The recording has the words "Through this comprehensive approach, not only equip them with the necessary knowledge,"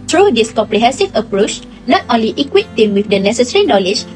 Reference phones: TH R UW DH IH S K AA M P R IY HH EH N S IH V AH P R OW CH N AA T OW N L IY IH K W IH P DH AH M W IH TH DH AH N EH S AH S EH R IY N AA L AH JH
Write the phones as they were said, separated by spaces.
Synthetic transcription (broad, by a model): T R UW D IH S K AA M P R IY HH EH N S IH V AH P R OW CH N AA T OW N L IY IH K W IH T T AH M W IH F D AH N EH S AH S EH R IY N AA L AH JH